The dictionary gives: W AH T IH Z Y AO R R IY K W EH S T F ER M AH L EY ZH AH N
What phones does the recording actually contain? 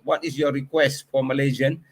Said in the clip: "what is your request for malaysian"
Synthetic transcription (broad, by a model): W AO T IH S Y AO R R IY K W EH S T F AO M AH L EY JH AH N